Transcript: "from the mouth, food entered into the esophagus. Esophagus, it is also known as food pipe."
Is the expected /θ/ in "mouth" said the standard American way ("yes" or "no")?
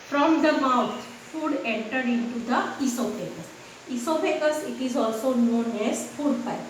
no